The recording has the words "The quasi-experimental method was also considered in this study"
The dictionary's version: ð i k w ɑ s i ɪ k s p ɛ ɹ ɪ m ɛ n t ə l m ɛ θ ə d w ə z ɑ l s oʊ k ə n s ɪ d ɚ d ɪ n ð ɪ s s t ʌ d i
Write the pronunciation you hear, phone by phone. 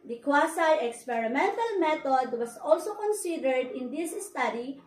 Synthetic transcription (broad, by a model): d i k w ɑ s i ɪ k s p ɛ ɹ ɪ m ɛ n t ə l m ɛ t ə d w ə s ɑ l s oʊ k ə n s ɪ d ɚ d ɪ n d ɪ s s t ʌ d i